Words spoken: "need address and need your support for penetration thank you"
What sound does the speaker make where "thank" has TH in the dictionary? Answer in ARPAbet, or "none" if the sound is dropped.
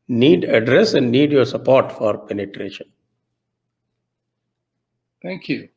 T